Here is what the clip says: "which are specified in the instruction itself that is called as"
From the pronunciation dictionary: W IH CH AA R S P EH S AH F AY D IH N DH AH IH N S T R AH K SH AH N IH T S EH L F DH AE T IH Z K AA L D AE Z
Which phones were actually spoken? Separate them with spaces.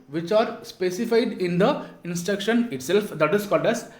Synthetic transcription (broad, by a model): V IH CH AA R S P EH S AH F AY D IH N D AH IH N S T R AH K SH AH N IH T S EH L F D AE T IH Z K AA L D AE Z